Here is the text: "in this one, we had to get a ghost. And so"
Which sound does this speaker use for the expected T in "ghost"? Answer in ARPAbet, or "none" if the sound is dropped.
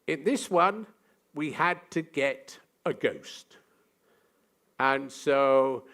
T